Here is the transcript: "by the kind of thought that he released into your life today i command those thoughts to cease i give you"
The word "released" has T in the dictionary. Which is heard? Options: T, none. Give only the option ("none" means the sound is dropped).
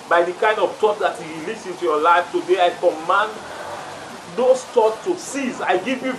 none